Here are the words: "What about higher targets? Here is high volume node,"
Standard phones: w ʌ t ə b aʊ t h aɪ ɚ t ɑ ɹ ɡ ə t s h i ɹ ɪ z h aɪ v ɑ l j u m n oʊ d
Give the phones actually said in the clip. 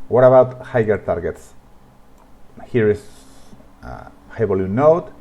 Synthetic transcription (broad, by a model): w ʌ t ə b aʊ t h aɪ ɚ t ɑ ɹ ɡ ə t s h i ɹ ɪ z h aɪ b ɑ l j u n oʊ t